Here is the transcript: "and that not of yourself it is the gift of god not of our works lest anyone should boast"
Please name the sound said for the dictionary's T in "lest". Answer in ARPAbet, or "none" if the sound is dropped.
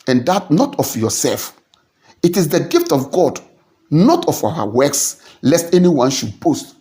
T